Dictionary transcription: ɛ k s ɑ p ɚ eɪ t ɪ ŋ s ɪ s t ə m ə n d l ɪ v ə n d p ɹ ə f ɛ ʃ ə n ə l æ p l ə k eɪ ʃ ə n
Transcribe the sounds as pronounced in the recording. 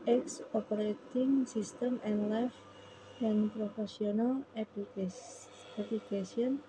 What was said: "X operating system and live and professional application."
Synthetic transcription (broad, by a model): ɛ k s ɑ p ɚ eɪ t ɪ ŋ s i s t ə m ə n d l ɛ f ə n p ɹ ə f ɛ s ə n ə l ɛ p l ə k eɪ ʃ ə n